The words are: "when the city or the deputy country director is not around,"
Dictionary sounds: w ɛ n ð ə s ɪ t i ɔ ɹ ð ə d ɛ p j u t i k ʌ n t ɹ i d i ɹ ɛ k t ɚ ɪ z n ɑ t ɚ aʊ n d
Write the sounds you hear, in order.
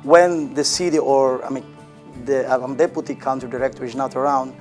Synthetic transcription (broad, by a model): w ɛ n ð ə s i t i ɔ ɹ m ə d ɛ p j u t i k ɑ n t i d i ɹ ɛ k t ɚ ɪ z n ɑ t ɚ aʊ n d